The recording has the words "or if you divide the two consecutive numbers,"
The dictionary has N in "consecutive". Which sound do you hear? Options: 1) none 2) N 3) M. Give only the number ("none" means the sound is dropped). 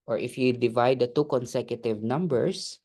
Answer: 2